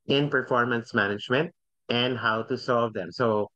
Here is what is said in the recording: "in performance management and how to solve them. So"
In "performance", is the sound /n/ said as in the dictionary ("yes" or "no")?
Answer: yes